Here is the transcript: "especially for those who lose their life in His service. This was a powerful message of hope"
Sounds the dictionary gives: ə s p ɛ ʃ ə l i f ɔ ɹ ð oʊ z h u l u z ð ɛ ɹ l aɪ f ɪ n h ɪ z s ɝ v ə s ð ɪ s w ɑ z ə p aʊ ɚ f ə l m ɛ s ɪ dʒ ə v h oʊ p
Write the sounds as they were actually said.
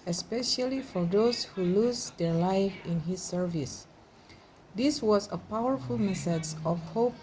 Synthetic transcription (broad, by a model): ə s p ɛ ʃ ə l i f ɔ ɹ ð oʊ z h u l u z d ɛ ɹ l aɪ f ɪ n h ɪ s ɝ v ə s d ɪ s w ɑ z ə p aʊ ɚ f ə l m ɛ s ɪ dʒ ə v h oʊ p